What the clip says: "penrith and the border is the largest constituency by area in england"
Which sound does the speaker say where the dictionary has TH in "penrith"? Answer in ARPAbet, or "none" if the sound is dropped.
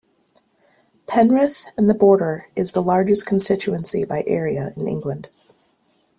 TH